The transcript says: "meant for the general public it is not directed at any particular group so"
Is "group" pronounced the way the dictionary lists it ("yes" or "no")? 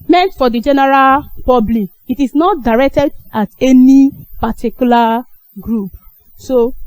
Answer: yes